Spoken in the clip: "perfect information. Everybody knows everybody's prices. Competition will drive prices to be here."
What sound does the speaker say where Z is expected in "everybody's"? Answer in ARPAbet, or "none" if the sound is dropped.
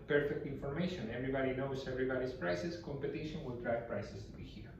S